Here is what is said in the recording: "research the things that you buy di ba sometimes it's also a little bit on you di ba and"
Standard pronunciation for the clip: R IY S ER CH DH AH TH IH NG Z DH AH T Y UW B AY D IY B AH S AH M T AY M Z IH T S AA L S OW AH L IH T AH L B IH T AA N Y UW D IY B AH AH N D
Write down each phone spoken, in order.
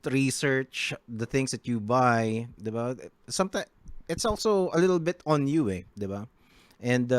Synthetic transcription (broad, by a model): R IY S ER CH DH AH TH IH NG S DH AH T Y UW B AY D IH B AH S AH M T AY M IH T S AA L S OW AH L IH T AH L B IH T AA N Y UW D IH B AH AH N D